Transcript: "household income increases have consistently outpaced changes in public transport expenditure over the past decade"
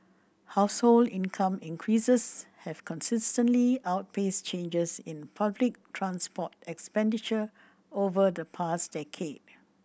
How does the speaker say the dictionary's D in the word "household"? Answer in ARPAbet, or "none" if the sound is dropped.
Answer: D